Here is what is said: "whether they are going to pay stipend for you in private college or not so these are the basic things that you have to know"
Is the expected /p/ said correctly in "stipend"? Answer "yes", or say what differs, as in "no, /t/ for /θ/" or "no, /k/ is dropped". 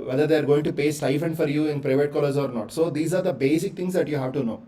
no, /f/ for /p/